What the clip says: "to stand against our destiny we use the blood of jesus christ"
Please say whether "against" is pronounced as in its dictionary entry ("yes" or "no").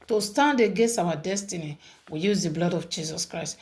no